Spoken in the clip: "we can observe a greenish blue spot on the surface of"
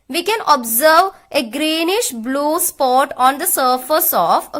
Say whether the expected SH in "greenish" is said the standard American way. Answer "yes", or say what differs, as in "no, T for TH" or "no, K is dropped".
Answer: yes